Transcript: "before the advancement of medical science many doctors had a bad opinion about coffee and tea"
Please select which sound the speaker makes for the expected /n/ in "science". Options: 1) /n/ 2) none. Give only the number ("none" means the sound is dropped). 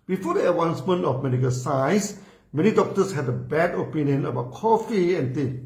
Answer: 2